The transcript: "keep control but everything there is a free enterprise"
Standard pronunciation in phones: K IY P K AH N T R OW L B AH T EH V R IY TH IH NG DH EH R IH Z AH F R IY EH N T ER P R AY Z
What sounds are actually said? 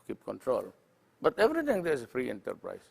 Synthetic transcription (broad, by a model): K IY P K AH N T R OW L B AH T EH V R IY T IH NG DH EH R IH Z AH F R IY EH N T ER P R AY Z